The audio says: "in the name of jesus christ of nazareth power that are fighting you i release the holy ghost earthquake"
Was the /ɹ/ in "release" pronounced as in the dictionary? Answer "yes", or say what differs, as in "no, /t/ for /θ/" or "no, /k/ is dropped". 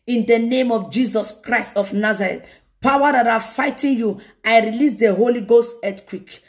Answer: yes